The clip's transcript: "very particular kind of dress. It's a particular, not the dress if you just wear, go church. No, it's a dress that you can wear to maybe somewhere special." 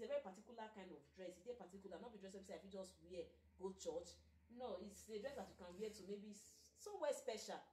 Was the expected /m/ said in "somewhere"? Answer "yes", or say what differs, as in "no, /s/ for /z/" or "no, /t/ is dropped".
no, /m/ is dropped